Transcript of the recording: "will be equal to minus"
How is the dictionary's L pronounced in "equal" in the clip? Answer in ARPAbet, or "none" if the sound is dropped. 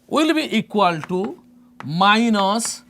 L